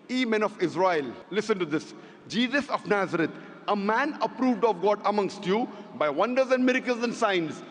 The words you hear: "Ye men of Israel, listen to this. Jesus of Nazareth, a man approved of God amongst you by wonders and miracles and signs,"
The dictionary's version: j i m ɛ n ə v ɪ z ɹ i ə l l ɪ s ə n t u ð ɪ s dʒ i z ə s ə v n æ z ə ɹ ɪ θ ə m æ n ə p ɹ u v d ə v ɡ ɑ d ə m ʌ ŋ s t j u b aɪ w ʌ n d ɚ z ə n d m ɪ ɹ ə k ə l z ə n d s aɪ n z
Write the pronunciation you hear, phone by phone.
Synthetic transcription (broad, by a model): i m ɛ n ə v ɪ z ɹ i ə l l ɪ s ə n t u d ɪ s dʒ i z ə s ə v n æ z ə ɹ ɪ t ə m æ n ə p ɹ u v d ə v ɡ ɑ d ə m ʌ ŋ s t j u b aɪ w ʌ n d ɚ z ə n d m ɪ ɹ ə k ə l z ə n d s aɪ n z